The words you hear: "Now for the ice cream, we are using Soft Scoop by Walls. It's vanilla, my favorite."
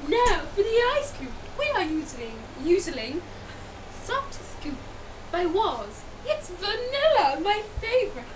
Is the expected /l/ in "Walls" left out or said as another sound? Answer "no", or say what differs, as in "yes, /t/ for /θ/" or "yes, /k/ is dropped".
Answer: yes, /l/ is dropped